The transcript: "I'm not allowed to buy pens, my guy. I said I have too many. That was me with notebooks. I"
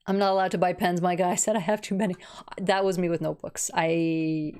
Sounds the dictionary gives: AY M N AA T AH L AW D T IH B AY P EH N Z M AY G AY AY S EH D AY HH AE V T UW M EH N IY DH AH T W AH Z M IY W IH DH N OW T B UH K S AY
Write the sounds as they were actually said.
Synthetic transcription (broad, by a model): AY M N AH T AH L AW D T IH B AY P EH N Z M AY G AY AY S EH D AY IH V T UW M EH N IY DH AH T W AH Z M IY W IH DH N OW T B UH K S AY